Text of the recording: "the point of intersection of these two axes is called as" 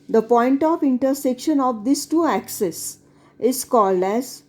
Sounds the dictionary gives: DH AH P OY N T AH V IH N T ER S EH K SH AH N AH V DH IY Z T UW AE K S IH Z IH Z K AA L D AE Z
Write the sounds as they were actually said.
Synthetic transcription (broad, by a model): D AH P OY N T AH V IH N T ER S EH K SH AH N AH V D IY S T UW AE K S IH S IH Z K AA L D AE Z